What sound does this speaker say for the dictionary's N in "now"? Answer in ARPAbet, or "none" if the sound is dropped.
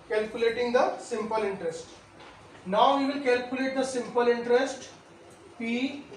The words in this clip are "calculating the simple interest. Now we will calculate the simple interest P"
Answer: N